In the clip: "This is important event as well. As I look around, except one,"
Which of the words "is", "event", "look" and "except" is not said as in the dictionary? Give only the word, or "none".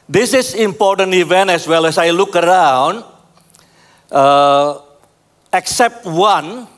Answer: is